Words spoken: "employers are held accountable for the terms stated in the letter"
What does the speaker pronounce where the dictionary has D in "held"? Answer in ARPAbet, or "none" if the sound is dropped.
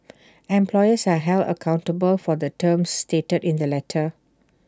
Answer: none